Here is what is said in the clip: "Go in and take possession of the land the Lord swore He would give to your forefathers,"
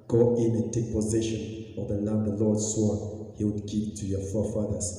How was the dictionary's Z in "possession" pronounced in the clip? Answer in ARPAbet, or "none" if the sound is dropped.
Z